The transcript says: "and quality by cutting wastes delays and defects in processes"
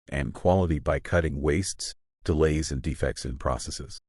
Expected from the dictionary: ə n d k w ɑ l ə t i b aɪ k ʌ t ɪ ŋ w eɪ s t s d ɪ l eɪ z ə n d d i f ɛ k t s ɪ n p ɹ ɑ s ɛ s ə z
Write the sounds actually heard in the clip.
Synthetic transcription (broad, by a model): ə n k w ɑ l ə t i b aɪ k ʌ t ɪ ŋ w eɪ s t s d ɪ l eɪ z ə n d d i f ɛ k t s ɪ n p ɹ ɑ s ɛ s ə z